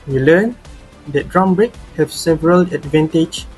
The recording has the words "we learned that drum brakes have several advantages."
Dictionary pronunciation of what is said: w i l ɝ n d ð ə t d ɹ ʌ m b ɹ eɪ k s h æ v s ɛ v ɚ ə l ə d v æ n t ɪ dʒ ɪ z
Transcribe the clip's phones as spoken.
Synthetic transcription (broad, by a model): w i l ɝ n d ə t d ɹ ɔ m b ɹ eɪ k h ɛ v s ɛ v ɚ ə l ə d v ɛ n t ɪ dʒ